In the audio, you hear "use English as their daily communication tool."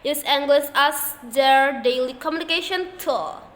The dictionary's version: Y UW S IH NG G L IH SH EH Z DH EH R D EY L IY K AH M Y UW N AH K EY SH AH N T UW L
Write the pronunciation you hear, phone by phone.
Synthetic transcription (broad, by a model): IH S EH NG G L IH S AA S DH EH R D EY L IY K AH M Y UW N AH K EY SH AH N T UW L